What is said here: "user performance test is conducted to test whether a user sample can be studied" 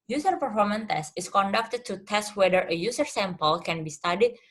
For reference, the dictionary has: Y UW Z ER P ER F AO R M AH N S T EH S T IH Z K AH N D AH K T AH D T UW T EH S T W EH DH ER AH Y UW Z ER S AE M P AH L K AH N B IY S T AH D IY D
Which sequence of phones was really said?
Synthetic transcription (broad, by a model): Y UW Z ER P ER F AO R M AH N T EH S T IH S K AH N D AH K T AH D T UW T EH S T W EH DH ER AH Y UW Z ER S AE M P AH L K AH N B IY S T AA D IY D